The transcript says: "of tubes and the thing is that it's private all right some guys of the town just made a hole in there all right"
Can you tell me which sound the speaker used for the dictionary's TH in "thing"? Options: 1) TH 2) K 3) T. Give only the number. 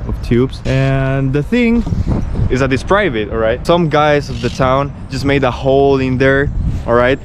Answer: 1